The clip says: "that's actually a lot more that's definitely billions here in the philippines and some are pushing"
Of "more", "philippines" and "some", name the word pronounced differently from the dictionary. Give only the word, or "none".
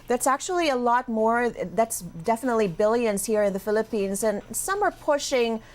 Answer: none